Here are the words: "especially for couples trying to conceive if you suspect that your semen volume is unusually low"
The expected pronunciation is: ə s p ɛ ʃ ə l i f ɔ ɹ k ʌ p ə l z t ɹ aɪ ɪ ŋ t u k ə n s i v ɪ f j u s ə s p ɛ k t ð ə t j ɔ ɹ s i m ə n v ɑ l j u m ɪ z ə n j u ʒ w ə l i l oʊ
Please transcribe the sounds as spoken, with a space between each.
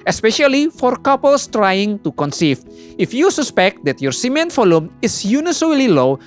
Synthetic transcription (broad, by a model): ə s p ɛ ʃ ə l i f ɔ ɹ k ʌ p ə l s t ɹ aɪ ɪ ŋ t u k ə n s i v ɪ f j u s ə s p ɛ k t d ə t j ɔ ɹ s i m ə n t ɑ l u m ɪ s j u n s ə l i l oʊ